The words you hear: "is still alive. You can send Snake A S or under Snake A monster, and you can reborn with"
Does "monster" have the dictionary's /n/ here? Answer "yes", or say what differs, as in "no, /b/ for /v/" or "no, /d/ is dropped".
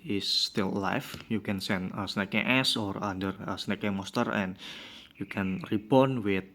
no, /n/ is dropped